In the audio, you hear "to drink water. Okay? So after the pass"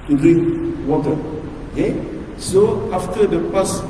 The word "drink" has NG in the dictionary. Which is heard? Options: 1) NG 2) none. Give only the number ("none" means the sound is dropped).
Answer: 2